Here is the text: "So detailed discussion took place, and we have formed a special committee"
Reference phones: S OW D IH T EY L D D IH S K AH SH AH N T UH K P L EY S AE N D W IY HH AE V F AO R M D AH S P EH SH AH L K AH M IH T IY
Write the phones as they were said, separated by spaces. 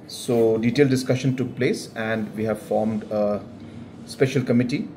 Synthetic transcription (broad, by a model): S OW D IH T EY L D D IH S K AH SH AH N T UH K P L EY S AE N D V IY HH AE V F AO R M D AH S P EH SH AH L K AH M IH T IY